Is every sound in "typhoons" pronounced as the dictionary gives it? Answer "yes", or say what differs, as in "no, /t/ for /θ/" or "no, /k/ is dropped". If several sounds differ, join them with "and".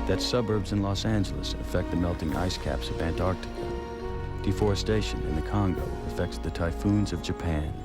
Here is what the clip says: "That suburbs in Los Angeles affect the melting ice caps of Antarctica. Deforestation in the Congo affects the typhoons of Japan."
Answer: yes